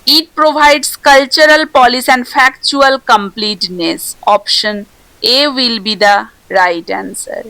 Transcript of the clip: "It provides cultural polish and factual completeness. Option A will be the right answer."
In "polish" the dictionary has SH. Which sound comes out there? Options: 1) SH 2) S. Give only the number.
2